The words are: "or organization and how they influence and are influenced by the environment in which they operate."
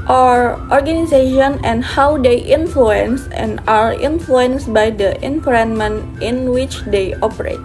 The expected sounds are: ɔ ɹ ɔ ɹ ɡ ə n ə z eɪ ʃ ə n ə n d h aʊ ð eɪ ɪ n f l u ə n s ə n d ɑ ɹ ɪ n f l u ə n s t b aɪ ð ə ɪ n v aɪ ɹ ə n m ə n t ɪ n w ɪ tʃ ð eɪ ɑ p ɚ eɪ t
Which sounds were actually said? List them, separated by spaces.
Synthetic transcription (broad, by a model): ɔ ɹ ɔ ɹ ɡ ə n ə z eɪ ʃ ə n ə n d h aʊ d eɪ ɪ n f l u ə n s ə n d ɑ ɹ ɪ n f l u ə n s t b aɪ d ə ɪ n p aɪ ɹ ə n m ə n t ɪ n w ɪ tʃ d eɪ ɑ p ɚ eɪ t